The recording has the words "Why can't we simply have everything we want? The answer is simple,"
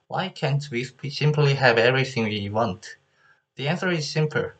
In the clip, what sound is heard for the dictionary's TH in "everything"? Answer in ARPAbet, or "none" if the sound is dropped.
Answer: TH